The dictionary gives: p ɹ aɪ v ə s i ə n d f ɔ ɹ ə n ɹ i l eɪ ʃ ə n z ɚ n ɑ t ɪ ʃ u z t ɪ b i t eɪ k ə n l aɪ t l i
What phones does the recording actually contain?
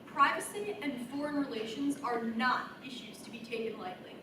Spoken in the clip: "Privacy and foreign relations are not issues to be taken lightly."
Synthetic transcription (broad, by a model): p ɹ aɪ v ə s i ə n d f ɔ ɹ ə n ɹ i l eɪ ʃ ə n z ɚ n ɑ t ɪ ʃ u z t ɪ b i t eɪ k ə n l aɪ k l i